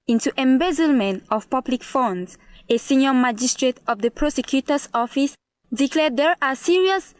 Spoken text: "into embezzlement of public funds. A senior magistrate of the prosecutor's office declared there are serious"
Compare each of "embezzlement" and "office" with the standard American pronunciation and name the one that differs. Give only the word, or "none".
none